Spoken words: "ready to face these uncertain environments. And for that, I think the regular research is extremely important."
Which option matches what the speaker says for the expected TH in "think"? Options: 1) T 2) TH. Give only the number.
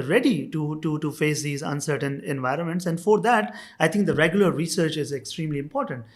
1